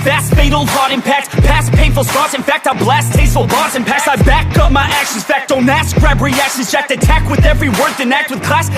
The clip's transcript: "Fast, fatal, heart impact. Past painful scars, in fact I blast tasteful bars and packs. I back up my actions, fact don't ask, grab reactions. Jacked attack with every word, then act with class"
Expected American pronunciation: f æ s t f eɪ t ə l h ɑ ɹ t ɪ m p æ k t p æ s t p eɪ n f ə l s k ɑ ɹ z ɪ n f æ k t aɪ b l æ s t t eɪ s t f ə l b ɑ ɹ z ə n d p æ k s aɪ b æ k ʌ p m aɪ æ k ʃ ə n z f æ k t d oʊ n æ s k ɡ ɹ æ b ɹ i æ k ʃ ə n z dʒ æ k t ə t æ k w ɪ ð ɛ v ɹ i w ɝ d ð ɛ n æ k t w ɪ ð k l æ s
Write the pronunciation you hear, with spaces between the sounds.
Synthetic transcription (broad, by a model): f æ s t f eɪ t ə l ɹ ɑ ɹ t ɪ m p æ k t p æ s p eɪ n f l s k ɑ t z ɪ n f æ k t aɪ b l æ s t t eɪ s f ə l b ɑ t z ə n p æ k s aɪ b æ k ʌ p m aɪ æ k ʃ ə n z f æ k t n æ s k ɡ ɹ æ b ɹ i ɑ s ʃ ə z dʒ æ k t ə t æ k w ɪ ð ɛ v ɹ i w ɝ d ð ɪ n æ k t w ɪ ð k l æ s